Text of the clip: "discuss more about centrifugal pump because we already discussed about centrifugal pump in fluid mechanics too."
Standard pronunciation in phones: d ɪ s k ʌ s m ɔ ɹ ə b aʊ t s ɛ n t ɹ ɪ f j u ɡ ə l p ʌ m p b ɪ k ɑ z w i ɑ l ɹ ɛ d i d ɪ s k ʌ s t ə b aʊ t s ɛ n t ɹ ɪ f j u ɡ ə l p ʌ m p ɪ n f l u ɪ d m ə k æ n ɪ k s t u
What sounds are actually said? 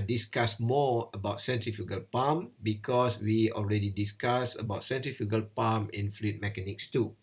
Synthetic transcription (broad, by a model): d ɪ s k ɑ s m ɔ ə b aʊ t s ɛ n t ɹ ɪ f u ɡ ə l p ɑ m b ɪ k ɑ s w i ɑ l ɹ ɛ d i d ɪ s k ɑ s ə b aʊ t s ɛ n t ɹ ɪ f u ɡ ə l p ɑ m ɪ n f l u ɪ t m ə k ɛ n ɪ k s t u